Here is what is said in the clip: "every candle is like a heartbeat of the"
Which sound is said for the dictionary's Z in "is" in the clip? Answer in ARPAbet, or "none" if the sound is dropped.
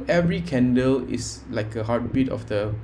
S